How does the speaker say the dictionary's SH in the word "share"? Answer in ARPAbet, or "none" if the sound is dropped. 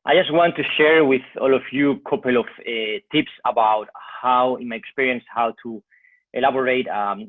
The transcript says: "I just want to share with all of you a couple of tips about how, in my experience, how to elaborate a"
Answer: SH